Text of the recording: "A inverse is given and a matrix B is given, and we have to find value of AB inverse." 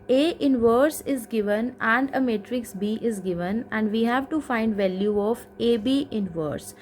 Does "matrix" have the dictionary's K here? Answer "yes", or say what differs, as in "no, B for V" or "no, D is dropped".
yes